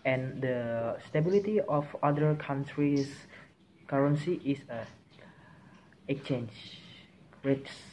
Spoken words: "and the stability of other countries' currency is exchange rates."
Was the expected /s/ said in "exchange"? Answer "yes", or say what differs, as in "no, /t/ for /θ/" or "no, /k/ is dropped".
no, /s/ is dropped